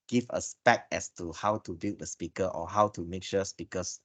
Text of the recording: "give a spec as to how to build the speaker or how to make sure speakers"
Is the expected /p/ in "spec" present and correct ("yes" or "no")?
no